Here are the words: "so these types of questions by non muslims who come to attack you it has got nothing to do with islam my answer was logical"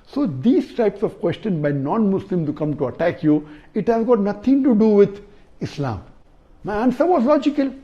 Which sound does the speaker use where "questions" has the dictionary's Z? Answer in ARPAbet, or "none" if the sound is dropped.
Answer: none